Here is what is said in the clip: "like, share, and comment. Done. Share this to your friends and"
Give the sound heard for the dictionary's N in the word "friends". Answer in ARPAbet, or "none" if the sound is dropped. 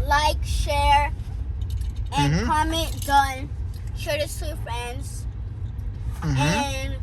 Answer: N